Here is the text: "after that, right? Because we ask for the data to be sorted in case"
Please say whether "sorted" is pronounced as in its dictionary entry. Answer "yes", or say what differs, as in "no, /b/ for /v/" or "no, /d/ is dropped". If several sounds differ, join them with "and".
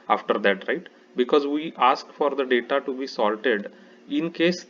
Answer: no, /l/ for /ɹ/